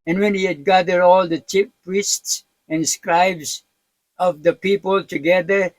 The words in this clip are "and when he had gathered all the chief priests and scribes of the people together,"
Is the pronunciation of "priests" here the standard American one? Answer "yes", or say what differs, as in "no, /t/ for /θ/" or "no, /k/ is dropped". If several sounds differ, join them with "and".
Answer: yes